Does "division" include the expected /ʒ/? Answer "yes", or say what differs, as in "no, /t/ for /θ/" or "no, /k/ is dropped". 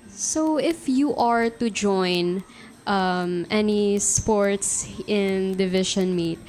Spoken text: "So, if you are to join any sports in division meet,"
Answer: no, /ʃ/ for /ʒ/